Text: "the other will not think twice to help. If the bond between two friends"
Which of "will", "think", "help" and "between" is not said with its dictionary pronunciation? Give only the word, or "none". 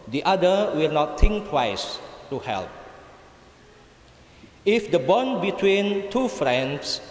think